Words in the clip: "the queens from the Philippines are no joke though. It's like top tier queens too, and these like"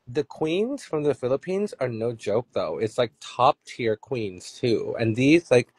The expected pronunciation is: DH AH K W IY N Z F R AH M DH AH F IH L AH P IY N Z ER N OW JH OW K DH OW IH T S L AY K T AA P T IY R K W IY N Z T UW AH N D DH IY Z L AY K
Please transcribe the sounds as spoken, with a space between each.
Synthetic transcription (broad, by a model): DH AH K W IY N Z F R AH M DH AH F IH L AH P IY N Z ER N OW JH OW K DH OW IH T S L AY K T AA P T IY R K W IY N Z T UW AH N DH IY Z L AY K